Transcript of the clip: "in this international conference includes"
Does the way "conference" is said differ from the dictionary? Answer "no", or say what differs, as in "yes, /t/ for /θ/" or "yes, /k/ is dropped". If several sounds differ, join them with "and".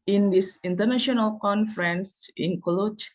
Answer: no